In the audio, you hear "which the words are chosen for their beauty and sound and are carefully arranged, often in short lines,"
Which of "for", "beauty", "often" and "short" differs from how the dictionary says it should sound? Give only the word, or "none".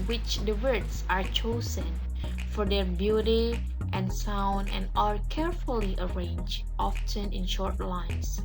none